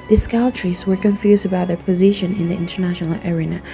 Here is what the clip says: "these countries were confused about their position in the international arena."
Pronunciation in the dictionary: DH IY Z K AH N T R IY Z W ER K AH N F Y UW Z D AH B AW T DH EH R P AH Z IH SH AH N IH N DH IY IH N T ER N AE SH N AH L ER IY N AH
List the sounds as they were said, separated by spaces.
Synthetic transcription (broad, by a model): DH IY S K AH L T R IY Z W ER K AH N F Y UW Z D AH B AW T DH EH R P AH Z IH SH AH N IH N DH IY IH N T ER N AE SH N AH L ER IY N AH